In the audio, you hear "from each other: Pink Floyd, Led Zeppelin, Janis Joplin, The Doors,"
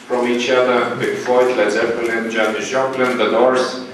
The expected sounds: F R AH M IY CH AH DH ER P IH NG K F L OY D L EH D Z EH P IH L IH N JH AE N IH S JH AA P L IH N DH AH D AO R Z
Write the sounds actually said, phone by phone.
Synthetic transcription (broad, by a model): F R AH M IY CH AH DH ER B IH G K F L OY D L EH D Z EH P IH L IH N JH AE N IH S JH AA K L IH N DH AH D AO R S